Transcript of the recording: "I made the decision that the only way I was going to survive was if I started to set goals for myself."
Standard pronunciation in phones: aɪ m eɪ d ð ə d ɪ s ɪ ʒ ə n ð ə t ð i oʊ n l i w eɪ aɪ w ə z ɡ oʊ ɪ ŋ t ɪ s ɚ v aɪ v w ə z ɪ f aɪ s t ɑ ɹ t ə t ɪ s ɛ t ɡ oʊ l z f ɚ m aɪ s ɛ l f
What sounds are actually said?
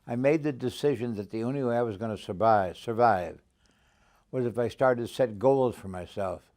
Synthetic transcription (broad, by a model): aɪ m eɪ d ð ə d ɪ s ɪ ʒ ə n ð ə t ð i oʊ n l i w eɪ aɪ w ə z ɡ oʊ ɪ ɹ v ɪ s ɚ v aɪ v w ə z ɪ f aɪ s t ɑ ɹ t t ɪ s ɛ t ɡ oʊ l z f ɚ m aɪ s ɛ l f